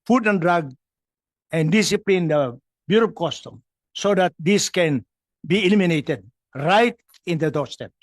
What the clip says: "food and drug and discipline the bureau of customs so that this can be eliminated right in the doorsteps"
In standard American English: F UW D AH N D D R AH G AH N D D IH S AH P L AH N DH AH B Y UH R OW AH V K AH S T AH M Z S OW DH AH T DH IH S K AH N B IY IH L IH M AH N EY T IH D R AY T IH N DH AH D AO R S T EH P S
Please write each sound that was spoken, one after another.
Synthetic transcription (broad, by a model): F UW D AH N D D R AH G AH N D D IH S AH P L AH N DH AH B Y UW R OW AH P K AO S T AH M S OW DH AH T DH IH S K AH N B IY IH L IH M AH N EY T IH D R AY T IH N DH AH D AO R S T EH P